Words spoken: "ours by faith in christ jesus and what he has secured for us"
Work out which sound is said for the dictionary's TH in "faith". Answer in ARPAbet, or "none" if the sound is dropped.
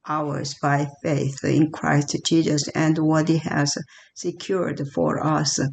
TH